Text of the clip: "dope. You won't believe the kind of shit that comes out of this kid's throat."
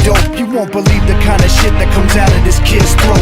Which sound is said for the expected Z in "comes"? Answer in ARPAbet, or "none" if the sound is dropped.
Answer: Z